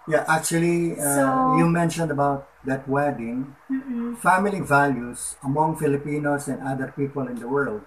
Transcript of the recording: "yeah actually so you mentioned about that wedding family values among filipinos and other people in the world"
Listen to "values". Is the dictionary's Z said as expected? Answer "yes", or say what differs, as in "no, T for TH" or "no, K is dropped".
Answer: no, S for Z